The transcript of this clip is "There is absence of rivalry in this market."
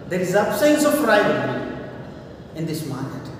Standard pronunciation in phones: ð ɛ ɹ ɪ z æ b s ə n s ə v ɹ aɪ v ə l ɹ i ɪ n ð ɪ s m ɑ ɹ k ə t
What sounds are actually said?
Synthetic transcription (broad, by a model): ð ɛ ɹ ɪ z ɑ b s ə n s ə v ɹ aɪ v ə ɹ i ɪ n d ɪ s m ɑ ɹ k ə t